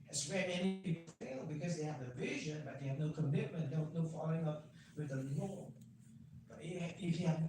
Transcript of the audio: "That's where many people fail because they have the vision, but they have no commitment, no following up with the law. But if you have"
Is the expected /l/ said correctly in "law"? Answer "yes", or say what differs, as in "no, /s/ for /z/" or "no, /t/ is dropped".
no, /n/ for /l/